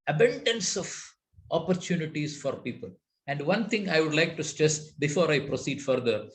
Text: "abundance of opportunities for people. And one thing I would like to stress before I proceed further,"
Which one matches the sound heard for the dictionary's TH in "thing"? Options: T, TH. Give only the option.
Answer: T